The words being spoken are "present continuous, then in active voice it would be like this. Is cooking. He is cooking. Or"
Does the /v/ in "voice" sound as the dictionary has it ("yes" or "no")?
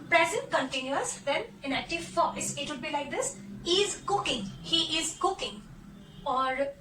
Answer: no